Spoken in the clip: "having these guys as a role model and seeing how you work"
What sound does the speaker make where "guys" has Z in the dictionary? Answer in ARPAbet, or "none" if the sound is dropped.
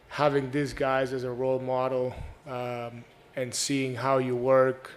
Z